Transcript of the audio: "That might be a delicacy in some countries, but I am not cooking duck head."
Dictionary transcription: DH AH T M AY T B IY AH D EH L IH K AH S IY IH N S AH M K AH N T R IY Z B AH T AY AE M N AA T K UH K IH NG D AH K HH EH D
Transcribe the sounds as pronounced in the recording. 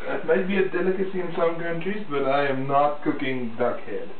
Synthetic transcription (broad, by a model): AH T M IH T B IY AH D EH L IH K AH S IY IH N S AH M K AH N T R IY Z B AH T AY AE M N AA T K UH K IH NG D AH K HH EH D